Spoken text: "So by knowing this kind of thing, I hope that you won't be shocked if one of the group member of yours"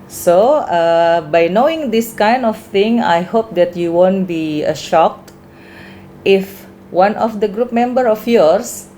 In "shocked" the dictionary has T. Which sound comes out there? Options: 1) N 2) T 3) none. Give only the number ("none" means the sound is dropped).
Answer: 2